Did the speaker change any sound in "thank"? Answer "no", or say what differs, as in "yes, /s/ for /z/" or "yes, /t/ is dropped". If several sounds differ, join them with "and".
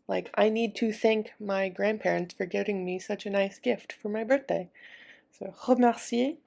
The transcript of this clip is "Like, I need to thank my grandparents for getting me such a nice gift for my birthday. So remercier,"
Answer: no